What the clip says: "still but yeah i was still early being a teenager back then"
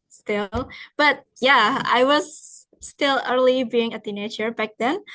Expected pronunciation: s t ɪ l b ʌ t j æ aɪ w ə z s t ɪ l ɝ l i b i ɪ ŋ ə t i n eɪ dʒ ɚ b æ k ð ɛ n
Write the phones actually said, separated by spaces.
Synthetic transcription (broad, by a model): s t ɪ l b ʌ t j æ aɪ w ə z s t ɪ l ɝ l i b i ɪ ŋ ə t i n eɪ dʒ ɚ b æ k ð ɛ n